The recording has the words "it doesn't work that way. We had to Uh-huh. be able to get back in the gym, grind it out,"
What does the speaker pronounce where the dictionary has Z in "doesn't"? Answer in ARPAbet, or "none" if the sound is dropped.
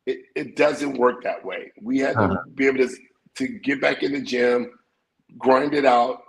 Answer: Z